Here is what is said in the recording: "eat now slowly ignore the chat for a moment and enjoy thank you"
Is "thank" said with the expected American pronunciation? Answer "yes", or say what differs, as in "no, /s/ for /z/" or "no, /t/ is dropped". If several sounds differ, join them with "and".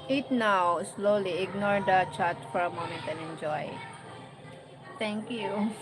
no, /t/ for /θ/